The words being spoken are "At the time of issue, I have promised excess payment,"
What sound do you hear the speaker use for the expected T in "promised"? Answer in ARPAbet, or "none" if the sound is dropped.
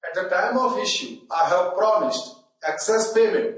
T